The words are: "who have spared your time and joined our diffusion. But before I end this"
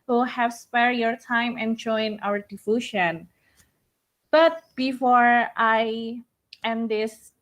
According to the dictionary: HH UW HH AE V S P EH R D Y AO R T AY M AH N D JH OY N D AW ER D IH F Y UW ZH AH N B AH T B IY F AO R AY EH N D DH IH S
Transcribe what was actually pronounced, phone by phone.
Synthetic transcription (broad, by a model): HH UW HH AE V S P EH R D Y AO R T AY M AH N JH OY N AW ER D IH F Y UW SH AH N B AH T B IY F AO R AY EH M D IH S